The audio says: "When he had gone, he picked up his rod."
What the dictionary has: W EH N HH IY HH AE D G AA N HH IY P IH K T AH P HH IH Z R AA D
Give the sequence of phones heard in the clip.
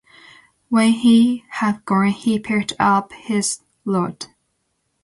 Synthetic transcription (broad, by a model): W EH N HH IY HH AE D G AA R HH IY P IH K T AH P HH IH Z L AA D